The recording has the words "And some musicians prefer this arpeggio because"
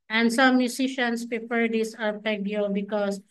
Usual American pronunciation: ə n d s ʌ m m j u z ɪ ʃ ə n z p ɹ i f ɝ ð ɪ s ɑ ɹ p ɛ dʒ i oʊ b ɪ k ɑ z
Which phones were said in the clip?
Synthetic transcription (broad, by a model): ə n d s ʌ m m j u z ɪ ʃ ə n s p ɹ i p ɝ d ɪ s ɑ ɹ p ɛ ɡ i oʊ b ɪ k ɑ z